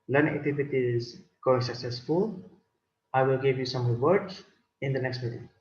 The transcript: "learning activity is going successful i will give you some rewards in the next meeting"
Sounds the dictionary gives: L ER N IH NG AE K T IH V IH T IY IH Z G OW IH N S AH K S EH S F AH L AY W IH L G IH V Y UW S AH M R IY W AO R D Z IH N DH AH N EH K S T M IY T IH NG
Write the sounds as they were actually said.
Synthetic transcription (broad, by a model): L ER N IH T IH F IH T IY IH Z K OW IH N S AH K S EH S F AH L AY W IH L G IH V Y UW S AH M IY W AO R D IH N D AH N EH K S T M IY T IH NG